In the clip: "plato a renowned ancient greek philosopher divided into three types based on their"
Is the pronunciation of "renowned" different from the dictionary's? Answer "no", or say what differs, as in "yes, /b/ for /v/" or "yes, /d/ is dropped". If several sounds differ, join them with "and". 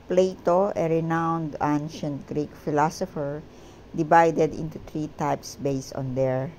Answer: no